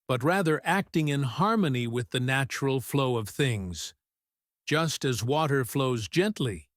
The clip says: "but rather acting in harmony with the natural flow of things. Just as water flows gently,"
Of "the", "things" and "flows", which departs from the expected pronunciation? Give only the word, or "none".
none